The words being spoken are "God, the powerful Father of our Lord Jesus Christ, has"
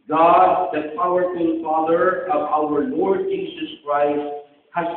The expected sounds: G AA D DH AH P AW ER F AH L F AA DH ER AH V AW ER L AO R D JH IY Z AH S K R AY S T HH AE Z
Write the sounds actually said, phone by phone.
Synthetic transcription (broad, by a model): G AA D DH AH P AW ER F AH N F AA DH ER AH V AW ER L AO R D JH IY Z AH S K R AY S T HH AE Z